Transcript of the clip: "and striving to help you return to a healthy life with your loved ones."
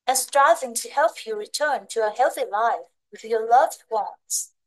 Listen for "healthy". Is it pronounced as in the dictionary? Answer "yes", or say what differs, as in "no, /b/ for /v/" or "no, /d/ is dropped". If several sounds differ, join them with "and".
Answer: yes